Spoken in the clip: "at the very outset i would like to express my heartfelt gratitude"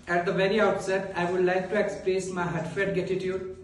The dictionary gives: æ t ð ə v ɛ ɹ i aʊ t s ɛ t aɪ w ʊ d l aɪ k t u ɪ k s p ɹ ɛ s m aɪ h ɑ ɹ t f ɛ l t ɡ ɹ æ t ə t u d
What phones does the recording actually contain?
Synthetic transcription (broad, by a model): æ t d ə v ɛ ɹ i aʊ t s ɛ t aɪ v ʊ d l aɪ k t u ɪ k s p ɹ ɛ s m aɪ h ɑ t f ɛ t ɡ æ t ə t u d